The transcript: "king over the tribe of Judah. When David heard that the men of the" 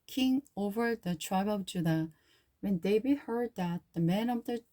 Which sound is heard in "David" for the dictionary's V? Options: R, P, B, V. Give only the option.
B